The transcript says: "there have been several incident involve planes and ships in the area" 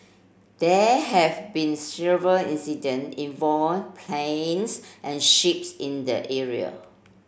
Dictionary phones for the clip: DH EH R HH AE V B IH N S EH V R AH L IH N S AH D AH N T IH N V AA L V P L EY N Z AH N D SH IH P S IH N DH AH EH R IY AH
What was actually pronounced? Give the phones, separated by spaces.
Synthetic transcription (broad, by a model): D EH HH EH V B IH N S EH V R AH L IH N S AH D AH N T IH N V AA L P L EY N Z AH N SH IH P S IH N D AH EH R IY AH